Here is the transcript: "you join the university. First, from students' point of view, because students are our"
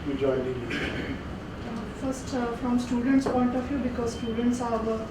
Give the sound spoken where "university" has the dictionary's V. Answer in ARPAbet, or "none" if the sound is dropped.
F